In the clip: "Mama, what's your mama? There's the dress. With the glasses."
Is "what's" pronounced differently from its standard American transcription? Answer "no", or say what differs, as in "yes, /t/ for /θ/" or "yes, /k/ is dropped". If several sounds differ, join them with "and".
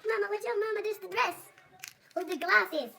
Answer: yes, /s/ is dropped